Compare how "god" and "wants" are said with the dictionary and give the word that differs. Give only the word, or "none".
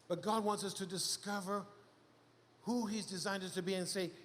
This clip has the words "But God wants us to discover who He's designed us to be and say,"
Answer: none